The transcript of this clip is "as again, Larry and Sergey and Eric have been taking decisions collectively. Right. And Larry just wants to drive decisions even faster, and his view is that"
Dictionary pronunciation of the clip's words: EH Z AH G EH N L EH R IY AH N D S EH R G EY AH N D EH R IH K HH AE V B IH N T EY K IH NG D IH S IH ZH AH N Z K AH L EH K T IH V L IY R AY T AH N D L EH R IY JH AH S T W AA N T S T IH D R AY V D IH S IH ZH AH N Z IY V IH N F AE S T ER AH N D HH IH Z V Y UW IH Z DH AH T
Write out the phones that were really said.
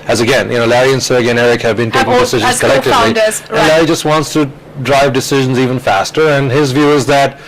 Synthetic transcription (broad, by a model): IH Z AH G EH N L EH R IY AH N S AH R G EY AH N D EH R IH K HH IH V B IH N T EY K IH NG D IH S IH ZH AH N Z K AH L EH K T IH V L IY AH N L EH R IY JH AH S T W AA N T S T IH D R AY V D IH S IH ZH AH N Z IY V IH N F AE S T ER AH N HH IH Z V Y UW IH Z DH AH T